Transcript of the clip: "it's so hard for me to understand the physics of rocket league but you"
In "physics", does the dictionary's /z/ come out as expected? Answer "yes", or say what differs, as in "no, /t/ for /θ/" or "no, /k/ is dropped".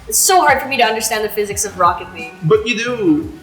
yes